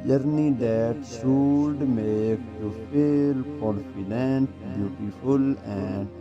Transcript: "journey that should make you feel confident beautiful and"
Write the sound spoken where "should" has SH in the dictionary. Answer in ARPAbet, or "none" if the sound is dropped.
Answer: S